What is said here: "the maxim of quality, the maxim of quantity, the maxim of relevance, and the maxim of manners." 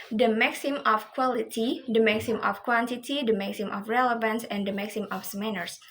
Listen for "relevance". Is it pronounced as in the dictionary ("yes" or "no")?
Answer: yes